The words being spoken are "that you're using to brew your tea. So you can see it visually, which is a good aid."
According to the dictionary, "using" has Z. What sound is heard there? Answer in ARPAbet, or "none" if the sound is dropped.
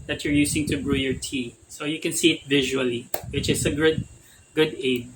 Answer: S